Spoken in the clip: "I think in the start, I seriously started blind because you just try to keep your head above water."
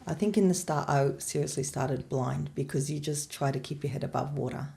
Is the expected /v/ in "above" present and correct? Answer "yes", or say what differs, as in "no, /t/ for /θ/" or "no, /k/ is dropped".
yes